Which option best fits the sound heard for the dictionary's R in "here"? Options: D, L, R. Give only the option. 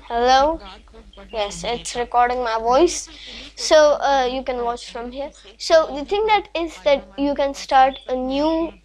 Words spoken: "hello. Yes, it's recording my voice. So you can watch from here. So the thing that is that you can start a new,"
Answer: R